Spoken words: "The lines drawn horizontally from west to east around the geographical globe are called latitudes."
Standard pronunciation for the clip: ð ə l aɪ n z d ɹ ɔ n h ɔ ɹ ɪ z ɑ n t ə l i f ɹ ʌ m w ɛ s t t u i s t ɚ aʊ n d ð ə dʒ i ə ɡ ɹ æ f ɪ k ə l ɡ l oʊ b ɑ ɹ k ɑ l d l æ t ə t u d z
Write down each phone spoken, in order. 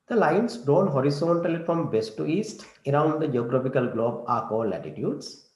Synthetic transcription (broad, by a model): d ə l aɪ n s d ɹ ɔ n h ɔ ɹ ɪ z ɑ n t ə l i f ɹ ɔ m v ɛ s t t u i s t ɚ aʊ n d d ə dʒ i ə ɡ ɹ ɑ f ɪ k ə l ɡ l oʊ b ɑ ɹ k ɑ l l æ t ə t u d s